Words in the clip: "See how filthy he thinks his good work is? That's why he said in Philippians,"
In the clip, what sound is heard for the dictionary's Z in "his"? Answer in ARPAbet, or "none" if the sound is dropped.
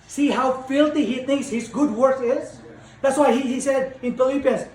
Z